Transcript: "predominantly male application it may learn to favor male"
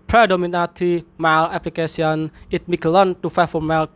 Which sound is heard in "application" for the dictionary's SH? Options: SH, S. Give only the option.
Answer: S